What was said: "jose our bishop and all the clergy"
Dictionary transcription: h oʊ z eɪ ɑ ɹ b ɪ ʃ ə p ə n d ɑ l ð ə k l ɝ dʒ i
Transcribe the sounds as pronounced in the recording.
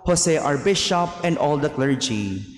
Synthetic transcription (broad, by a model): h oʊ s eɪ ɑ ɹ b ɪ ʃ ə p ə n d ɑ l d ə k l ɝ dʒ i